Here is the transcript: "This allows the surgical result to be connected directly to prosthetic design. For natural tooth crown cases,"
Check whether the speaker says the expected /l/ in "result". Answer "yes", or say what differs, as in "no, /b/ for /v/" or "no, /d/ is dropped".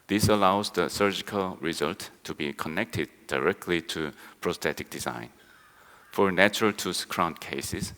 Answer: yes